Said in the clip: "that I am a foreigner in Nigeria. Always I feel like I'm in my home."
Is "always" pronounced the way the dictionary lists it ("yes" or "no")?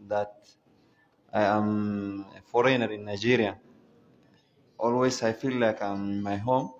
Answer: no